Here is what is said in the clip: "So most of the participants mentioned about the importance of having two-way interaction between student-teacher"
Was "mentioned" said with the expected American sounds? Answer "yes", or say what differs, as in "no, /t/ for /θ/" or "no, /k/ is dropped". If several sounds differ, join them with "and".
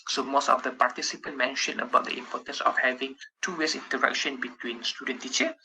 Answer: no, /d/ is dropped